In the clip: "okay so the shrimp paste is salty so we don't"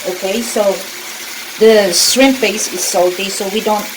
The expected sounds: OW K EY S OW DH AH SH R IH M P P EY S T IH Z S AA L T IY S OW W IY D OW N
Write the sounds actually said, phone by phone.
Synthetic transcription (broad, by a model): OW K EY S OW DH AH S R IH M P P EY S IH S AA L T IY S OW W IY D OW N